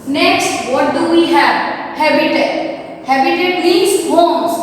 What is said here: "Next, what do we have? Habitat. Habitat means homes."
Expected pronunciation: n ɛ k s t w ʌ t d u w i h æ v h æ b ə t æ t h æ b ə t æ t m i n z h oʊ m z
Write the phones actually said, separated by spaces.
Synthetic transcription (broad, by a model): n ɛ k s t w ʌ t d u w i h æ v h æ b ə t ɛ h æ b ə t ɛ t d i z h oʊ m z